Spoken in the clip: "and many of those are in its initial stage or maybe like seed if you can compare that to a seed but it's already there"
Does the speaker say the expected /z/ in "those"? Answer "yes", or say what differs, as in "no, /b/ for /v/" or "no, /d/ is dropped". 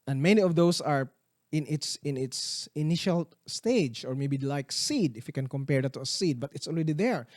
no, /s/ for /z/